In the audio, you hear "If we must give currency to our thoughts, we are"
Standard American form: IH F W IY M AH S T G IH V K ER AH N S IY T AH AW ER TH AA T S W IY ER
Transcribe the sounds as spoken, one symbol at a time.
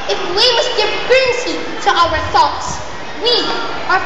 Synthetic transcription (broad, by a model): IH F W IY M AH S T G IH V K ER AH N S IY T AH AW ER TH AA T S W IY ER